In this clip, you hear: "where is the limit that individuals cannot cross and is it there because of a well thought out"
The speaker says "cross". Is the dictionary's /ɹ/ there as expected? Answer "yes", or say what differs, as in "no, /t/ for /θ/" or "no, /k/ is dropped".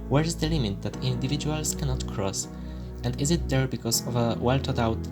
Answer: yes